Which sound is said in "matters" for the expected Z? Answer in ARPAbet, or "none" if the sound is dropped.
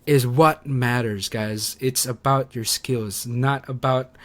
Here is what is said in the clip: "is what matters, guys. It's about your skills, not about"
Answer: Z